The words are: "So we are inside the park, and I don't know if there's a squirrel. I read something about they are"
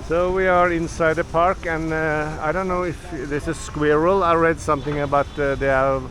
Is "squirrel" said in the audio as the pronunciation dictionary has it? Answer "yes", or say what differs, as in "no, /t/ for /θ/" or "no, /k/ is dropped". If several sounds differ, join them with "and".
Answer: yes